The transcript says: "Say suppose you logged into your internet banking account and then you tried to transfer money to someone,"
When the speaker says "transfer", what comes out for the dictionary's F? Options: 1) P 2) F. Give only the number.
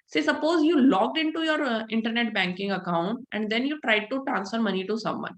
2